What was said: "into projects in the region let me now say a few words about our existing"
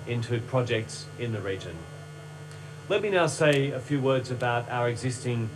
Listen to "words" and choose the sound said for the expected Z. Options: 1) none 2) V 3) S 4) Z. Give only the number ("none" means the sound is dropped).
4